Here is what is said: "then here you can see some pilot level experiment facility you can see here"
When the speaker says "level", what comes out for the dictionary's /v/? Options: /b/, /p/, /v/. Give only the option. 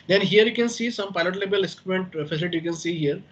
/b/